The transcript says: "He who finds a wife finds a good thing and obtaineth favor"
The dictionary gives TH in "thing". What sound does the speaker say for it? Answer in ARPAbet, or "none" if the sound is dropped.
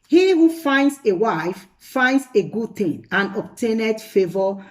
T